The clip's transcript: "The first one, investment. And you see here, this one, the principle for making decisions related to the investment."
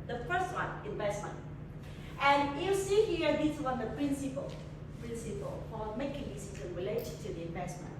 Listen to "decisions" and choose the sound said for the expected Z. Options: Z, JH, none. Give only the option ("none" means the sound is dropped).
none